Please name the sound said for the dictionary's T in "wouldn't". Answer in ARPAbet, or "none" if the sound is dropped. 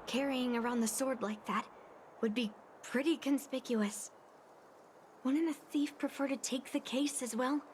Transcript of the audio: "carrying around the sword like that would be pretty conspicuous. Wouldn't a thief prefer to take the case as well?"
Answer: none